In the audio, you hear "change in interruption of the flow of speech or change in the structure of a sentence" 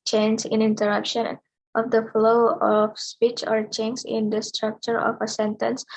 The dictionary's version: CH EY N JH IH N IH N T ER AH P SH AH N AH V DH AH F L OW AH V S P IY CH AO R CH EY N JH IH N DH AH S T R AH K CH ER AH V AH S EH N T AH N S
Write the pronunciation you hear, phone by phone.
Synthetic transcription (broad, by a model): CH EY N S IH N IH N T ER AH P SH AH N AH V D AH F L OW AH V S P IY CH AO R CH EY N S IH N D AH S T R AH K CH ER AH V AH S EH N T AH N S